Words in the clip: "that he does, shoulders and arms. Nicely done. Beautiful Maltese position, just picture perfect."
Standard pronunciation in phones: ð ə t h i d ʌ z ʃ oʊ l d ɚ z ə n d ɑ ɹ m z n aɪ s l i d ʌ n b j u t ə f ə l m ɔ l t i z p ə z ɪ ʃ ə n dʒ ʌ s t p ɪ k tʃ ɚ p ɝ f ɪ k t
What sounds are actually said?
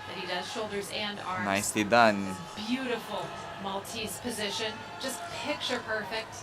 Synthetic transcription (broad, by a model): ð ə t h i d ʌ z ʃ oʊ l d ɚ z ə n d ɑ ɹ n aɪ s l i d ʌ n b j u t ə f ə l m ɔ l t i s p ə z ɪ ʃ ə n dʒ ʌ s t p ɪ k tʃ ɚ p ɝ f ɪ k t